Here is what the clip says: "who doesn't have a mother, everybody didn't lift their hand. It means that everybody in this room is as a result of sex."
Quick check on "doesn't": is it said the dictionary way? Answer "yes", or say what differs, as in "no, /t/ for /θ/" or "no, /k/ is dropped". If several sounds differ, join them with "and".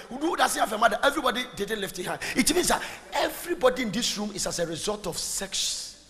no, /s/ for /z/